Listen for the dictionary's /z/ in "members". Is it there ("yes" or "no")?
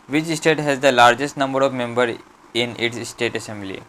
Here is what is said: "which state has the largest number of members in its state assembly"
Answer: no